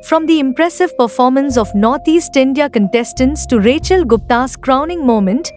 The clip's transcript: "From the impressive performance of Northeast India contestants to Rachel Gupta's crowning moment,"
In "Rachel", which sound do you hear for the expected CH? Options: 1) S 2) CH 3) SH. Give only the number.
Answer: 2